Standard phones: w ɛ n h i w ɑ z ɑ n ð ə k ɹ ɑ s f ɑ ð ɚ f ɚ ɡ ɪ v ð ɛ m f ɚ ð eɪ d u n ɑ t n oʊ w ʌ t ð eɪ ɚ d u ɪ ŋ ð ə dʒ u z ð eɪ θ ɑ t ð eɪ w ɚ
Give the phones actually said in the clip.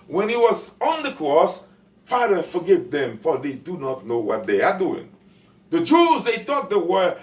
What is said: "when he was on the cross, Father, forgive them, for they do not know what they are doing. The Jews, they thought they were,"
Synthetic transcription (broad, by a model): w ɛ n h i w ɑ z ɑ n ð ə k ɹ ɑ s f ɑ ð ɚ f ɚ ɡ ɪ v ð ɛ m f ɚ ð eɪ d u n ɑ t n oʊ w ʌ t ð eɪ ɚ d u ɪ ŋ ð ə dʒ u z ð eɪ t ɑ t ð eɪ w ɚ